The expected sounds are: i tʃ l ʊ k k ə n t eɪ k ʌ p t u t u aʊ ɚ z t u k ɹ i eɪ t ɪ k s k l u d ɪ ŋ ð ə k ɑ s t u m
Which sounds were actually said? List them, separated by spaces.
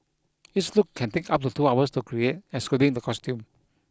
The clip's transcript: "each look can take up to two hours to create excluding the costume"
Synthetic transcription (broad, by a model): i s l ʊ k k ə n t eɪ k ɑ p t u t u aʊ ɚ s t u k ɹ i eɪ t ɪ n s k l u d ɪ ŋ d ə k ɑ s t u m